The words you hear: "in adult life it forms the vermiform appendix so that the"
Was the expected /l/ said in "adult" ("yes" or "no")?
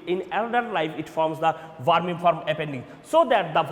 no